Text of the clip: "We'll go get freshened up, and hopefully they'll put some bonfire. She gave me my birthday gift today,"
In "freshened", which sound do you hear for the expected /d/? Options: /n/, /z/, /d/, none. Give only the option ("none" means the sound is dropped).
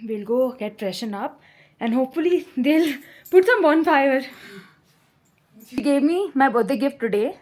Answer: none